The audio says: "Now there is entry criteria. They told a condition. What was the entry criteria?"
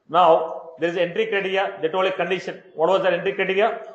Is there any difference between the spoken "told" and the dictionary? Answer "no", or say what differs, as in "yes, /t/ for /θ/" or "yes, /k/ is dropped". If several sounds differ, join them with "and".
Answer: yes, /d/ is dropped